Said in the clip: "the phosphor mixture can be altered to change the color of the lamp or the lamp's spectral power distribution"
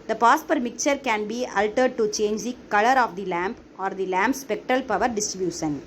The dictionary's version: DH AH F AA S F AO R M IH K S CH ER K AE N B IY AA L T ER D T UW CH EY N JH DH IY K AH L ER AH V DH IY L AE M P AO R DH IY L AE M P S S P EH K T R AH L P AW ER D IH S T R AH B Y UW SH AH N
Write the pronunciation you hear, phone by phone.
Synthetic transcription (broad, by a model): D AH P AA S P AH R M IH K CH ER K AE N B IY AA L T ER D T UW CH EY N JH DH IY K AH L ER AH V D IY L AE M P AO R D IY L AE M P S S P EH K T R AH L P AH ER D IH S T R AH B Y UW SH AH N